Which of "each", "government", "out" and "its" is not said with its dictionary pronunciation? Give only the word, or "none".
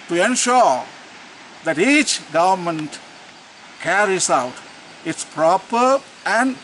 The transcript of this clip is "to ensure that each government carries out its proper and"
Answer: none